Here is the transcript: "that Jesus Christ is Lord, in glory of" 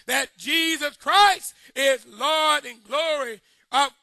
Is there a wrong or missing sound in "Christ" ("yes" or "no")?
no